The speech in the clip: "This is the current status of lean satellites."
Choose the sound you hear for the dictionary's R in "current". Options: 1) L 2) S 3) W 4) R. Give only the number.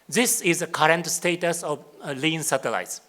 4